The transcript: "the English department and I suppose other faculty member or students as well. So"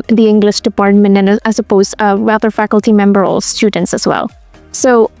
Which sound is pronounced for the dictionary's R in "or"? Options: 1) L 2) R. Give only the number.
1